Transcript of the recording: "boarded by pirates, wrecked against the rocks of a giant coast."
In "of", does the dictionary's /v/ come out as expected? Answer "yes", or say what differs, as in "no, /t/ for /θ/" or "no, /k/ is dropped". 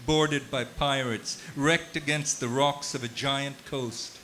yes